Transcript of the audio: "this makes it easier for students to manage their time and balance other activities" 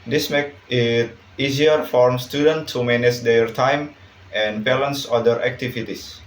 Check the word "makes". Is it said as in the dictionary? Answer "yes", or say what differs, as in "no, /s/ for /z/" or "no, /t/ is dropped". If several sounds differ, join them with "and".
no, /s/ is dropped